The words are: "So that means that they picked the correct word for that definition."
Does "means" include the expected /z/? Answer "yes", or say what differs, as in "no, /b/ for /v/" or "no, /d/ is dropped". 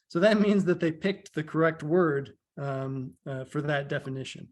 yes